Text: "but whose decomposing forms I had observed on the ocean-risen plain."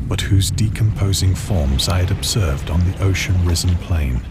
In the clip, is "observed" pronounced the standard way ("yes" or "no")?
yes